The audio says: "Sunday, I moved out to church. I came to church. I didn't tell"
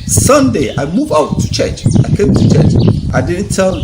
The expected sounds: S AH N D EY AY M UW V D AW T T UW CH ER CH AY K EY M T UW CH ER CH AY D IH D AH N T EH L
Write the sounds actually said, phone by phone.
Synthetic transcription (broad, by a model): S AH N D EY AY M UW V AW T T UW CH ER CH AY K EY M T UW CH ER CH AY D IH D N T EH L